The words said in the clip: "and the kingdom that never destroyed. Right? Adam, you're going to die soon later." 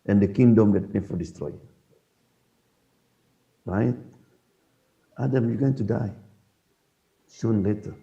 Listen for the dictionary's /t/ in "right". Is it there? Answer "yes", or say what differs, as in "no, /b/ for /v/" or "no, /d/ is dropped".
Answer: yes